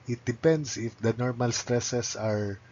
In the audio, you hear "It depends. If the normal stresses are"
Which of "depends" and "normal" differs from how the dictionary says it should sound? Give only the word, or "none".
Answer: depends